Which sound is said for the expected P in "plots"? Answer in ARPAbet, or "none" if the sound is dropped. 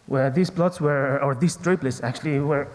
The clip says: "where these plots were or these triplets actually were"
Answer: B